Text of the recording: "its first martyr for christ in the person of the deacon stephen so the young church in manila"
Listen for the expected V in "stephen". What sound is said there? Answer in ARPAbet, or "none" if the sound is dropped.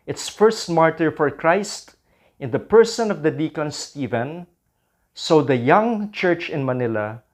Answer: V